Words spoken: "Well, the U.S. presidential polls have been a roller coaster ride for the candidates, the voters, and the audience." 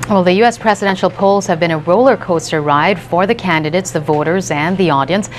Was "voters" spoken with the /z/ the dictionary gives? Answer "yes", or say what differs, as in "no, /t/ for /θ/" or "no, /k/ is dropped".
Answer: yes